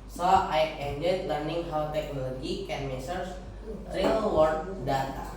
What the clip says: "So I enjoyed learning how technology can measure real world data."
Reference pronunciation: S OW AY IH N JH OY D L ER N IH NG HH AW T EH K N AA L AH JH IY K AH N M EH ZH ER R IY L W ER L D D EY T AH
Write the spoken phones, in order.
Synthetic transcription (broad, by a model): S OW AY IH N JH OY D L ER N IH NG HH AW T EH K N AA L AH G IY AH N M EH S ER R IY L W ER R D D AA T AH